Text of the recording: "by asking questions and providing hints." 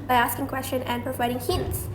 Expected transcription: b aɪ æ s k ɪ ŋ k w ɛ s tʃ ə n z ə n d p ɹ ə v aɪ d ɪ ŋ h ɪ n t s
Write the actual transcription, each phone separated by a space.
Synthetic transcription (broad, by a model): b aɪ æ s k ɪ ŋ k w ɛ s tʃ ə n ə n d p ɹ ə v aɪ d ɪ ŋ h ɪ n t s